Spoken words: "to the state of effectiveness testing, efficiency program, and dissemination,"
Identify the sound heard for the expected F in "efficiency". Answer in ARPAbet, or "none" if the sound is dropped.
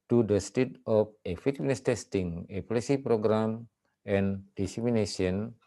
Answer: P